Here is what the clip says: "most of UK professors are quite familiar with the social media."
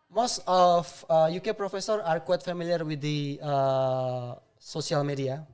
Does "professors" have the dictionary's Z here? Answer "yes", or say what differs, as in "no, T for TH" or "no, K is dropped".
no, Z is dropped